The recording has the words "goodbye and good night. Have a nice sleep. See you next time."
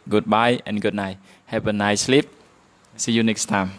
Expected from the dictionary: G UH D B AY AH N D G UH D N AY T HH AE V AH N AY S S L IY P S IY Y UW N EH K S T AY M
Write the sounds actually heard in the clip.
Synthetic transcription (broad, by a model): G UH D B AY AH N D G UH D N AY HH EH P AH N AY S S L IY P S IY Y UW N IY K S T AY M